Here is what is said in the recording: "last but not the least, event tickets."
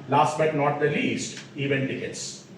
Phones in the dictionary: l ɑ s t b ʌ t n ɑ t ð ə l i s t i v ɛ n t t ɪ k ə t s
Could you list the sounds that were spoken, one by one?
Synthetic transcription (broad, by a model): l ɑ s t b ʌ t n ɑ t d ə l i s t i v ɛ n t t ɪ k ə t s